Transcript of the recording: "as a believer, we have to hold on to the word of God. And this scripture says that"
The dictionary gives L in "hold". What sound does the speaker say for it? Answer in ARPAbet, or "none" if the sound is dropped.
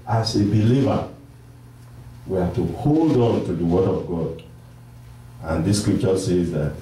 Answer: L